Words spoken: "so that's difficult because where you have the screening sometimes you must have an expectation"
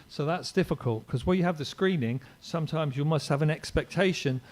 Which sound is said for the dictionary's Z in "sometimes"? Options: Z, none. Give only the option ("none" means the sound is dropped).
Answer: Z